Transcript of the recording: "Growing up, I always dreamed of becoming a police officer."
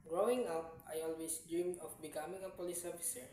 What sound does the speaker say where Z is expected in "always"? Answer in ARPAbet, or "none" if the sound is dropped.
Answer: S